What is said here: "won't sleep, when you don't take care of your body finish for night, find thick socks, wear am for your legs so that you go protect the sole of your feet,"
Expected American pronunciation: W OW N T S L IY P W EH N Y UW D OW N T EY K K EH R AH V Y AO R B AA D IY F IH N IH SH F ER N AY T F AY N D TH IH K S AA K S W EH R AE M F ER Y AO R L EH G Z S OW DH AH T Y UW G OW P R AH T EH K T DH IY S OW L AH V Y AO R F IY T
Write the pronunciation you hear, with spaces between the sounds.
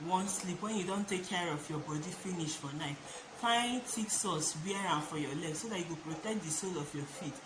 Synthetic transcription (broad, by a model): W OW N S L IY P W EH N Y UW D OW N T EY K K EH R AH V Y AO B AA D IY F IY N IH SH F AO N AY T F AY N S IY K S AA S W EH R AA F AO Y AO L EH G S OW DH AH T Y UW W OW P R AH T EH K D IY S OW L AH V Y AO F IY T